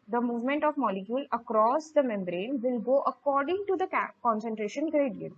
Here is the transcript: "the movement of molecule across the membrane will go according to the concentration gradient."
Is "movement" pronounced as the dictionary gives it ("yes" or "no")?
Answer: yes